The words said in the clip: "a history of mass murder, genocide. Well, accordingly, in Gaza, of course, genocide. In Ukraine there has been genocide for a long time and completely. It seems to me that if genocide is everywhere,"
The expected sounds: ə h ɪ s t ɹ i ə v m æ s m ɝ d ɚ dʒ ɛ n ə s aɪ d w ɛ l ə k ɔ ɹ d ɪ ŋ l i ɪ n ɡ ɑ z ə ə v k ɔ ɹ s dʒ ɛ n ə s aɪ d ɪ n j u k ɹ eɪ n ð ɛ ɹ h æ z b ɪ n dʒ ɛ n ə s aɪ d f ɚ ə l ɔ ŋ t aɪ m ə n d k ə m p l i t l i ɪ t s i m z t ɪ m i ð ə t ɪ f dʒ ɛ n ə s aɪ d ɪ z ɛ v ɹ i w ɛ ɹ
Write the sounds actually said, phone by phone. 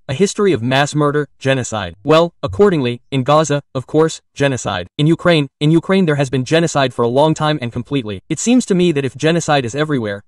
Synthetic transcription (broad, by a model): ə h ɪ s t ɹ i ə v m æ s m ɝ d ɚ dʒ ɛ n ə s aɪ d w ɛ l ə k ɔ ɹ d ɪ ŋ l i ɪ n ɡ ɑ z ə ə v k ɔ ɹ s dʒ ɛ n ə s aɪ d ɪ n j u k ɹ eɪ n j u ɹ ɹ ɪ z b ɪ n dʒ ɛ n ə s aɪ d f ɚ ə l ɔ ŋ t aɪ m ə n k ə m p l i t l i ɪ t s i m z t ɪ m i ð ə t ɪ f dʒ ɛ n ə s aɪ d ɪ z ɛ v ɹ i w ɛ ɹ